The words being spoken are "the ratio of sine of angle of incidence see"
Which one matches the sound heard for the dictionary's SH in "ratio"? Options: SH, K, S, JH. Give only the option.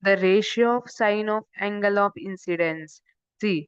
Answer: SH